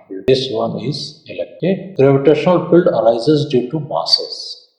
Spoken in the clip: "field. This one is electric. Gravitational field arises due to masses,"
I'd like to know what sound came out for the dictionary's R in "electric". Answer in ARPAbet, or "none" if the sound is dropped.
none